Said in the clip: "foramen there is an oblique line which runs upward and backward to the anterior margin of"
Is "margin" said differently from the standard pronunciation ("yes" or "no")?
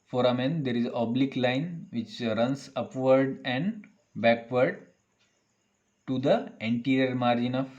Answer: no